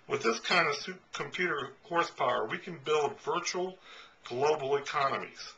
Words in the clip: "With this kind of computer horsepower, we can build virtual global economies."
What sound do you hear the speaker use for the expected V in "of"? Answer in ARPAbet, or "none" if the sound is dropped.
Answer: P